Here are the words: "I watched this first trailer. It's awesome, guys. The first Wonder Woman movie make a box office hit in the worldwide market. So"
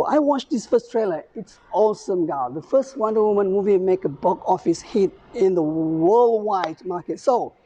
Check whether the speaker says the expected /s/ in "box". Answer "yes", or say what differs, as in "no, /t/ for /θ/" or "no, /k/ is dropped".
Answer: no, /s/ is dropped